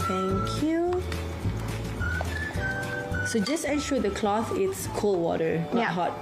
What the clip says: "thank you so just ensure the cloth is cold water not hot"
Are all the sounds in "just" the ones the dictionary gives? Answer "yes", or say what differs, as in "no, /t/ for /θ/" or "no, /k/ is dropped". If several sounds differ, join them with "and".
yes